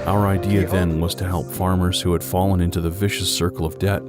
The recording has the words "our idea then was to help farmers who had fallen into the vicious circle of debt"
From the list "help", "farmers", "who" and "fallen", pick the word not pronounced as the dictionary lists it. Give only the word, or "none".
none